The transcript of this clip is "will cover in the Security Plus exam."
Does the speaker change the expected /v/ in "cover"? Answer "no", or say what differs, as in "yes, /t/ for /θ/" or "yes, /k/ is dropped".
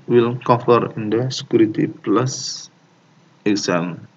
yes, /f/ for /v/